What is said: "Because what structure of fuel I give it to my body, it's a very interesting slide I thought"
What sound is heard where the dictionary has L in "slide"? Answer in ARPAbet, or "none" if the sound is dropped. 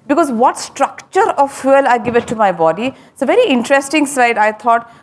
none